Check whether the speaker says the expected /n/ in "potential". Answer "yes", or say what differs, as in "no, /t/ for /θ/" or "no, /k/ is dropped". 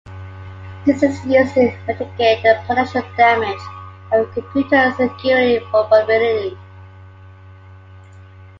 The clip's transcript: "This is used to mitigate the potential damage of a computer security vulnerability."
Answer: no, /n/ is dropped